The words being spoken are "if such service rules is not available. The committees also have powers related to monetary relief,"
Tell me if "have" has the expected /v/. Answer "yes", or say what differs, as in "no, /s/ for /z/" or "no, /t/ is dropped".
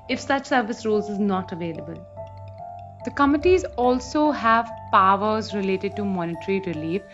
yes